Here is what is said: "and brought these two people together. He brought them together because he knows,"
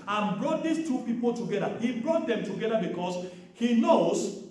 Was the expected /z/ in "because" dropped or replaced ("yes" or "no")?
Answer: yes